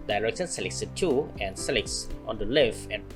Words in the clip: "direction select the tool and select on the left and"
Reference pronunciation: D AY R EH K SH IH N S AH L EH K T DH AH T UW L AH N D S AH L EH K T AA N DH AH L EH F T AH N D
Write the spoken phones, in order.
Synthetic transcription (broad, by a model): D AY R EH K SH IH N S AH L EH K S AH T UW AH N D S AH L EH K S AA N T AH L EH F AH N